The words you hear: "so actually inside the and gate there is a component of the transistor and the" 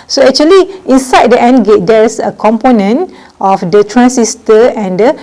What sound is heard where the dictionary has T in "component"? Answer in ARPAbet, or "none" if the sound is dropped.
T